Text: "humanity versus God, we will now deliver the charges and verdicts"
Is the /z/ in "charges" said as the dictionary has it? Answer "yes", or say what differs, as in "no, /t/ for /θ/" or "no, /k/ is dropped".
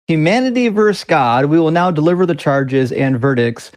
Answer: yes